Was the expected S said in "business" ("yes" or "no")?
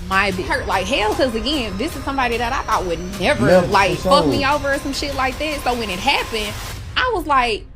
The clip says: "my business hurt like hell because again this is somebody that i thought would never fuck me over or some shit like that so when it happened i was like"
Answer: no